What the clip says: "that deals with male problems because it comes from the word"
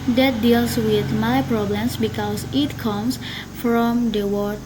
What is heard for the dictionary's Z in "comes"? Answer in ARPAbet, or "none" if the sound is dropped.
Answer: S